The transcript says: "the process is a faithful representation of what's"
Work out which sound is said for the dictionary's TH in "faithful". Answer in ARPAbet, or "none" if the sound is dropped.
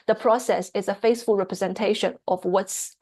S